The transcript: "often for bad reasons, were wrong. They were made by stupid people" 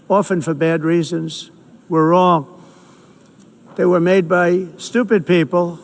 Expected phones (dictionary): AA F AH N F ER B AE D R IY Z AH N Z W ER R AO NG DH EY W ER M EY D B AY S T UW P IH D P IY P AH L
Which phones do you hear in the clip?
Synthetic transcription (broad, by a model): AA F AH N F ER B AE D R IY Z AH N Z W ER R AO NG DH EY W ER M EY D B AY S T UW P IH D P IY P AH L